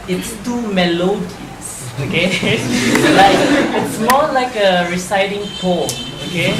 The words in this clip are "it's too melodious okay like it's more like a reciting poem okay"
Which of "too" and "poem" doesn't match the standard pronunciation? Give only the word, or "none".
poem